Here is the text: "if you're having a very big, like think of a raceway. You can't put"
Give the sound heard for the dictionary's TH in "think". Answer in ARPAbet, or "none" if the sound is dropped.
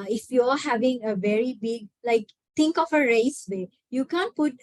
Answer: T